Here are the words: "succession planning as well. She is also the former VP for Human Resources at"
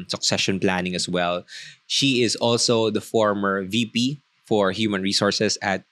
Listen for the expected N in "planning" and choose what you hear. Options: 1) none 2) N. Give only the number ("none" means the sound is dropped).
2